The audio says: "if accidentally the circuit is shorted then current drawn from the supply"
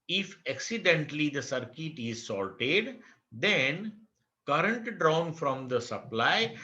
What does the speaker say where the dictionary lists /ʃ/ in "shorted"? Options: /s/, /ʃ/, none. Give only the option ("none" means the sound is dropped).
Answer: /s/